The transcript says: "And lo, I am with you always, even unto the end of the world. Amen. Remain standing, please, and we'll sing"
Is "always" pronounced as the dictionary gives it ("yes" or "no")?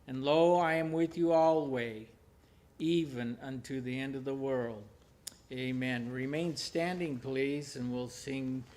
no